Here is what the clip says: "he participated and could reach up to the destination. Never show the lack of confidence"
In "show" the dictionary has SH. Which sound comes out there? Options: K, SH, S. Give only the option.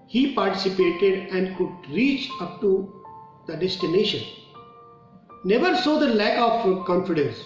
S